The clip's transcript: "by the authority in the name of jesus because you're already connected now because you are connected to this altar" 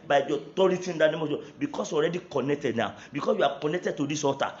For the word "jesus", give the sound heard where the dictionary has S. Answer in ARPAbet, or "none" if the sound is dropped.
none